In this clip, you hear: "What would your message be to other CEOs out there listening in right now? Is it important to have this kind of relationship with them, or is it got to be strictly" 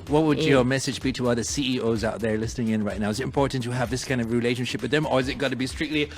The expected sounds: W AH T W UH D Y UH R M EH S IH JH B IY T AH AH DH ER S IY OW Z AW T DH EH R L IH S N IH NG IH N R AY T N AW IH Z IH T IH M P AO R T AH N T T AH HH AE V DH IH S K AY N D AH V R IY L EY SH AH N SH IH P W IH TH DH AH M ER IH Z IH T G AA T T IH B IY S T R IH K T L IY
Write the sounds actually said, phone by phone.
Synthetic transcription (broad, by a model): W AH T W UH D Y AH R M EH S IH JH B IY T AH AH DH ER S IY OW Z AW T DH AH R L IH S N IH NG IH N R AY T N AW IH Z IH T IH M P AO R T N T T AH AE V DH IH S K AY N D AH V R IY L EY SH AH N SH IH P W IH DH AH M ER IH Z IH T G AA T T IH B IY S T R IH K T L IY